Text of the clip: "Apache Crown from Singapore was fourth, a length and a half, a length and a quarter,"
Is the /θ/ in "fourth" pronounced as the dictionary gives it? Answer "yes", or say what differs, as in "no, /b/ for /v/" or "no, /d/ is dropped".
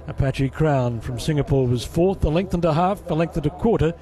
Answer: yes